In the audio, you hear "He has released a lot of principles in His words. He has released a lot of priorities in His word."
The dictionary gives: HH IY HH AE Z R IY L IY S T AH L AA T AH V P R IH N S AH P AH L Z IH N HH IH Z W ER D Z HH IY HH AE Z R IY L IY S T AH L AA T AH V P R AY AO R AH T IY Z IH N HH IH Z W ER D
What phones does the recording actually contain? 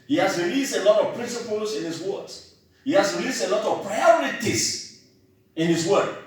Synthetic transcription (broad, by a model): HH IY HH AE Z R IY L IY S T AH L AA T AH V P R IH N S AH P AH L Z IH N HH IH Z W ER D HH IY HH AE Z R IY L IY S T AH L AA T AH V P R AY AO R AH T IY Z IH N HH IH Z W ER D